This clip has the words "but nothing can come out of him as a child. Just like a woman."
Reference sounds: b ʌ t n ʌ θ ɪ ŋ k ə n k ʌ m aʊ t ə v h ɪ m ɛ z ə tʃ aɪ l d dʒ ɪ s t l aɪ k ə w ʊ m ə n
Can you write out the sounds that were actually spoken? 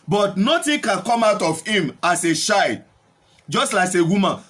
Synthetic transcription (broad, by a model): b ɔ t n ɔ t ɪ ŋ k ə n k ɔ m aʊ t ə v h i m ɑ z ə ʃ aɪ d dʒ ɪ s t l aɪ k ə w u m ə n